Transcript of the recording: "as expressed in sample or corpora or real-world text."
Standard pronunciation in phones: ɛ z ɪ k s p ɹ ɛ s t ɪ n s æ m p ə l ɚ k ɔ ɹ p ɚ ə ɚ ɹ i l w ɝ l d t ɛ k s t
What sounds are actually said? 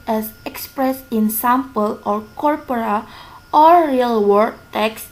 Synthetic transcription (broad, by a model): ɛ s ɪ k s p ɹ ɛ s ɪ n s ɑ m p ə l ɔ k ɔ ɹ p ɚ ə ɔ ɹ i l w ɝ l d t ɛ k s